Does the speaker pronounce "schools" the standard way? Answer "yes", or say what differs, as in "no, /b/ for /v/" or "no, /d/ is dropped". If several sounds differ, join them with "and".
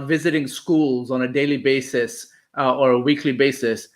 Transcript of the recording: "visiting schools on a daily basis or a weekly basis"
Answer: yes